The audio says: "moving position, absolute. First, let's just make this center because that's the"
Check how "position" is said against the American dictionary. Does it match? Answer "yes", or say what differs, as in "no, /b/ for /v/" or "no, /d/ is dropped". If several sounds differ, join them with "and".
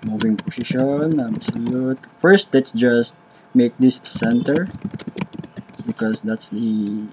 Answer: no, /s/ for /z/